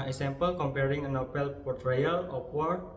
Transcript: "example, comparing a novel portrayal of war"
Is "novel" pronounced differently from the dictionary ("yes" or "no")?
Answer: yes